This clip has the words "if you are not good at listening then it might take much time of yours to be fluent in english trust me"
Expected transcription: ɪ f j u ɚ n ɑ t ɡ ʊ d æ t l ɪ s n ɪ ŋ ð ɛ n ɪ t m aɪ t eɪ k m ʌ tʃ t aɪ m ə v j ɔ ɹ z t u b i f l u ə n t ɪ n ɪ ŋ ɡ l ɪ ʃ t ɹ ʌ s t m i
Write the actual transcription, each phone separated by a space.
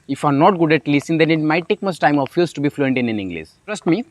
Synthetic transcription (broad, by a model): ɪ f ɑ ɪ n ɑ t ɡ ʊ d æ t l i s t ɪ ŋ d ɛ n ɪ t m aɪ t eɪ k m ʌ s t aɪ m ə f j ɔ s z t u b i f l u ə n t ɪ n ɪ ŋ ɡ l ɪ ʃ t ɹ ʌ s t m i